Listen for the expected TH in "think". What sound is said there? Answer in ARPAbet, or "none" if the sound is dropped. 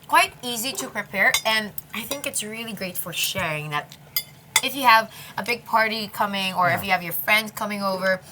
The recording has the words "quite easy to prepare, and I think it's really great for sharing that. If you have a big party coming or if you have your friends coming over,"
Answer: TH